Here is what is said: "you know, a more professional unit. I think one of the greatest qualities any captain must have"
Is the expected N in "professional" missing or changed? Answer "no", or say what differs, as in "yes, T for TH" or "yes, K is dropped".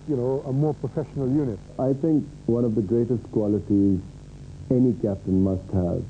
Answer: no